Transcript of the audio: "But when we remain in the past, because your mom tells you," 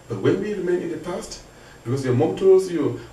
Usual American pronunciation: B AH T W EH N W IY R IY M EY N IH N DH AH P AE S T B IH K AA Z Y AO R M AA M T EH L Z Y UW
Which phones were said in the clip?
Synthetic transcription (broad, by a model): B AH T W EH N W IY R IY M EY N IH N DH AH P AE S T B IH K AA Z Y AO M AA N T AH Z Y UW